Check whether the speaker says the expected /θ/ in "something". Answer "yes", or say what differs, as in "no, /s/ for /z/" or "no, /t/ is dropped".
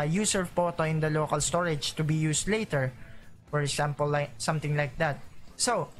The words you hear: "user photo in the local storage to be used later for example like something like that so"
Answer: no, /t/ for /θ/